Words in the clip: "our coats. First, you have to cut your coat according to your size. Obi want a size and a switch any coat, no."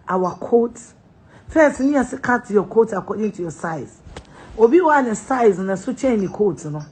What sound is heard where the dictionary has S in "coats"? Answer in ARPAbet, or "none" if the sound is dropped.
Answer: none